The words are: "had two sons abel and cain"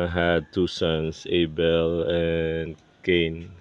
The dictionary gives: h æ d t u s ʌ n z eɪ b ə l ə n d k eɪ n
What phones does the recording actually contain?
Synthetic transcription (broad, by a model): h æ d t u s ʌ n s eɪ b ə l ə n k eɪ n